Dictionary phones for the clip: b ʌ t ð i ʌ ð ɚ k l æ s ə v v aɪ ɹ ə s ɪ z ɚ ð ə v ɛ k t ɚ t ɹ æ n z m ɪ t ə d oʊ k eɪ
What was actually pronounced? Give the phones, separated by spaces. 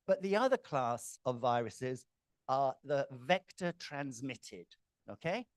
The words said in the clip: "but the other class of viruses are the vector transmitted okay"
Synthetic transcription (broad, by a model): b ʌ t ð i ʌ ð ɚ k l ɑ s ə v v aɪ ɹ ə s ɪ z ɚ ð ə v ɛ k t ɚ t ɹ æ n z m ɪ t ə d oʊ k eɪ